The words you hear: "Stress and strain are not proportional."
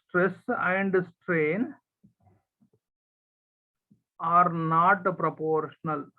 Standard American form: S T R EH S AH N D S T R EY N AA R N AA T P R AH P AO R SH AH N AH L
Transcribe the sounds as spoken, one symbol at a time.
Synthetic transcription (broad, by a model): T R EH S AH N D S T R EY N AA R N AA T P R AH P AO R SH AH N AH L